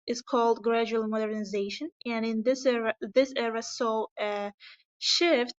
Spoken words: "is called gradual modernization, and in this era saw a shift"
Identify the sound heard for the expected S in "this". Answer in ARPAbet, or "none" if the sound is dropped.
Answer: S